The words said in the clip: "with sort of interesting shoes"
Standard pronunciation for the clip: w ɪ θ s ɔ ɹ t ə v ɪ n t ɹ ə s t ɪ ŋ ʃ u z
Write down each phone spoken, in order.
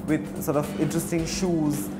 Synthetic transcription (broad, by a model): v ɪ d s ɔ ɹ t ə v ɪ n t ɹ ə s t ɪ ŋ ʃ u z